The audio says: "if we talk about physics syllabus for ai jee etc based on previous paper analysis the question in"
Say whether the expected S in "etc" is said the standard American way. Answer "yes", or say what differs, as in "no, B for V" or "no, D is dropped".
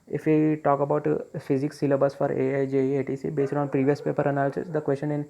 no, S is dropped